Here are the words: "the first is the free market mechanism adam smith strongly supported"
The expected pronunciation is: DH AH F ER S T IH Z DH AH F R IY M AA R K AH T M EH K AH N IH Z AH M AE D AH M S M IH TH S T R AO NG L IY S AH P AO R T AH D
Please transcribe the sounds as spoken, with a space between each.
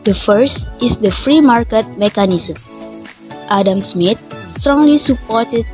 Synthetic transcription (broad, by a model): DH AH F ER S T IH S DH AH F R IY M AA R K AH T M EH K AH N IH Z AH M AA D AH M S M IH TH S T R AO NG L IY S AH P AO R T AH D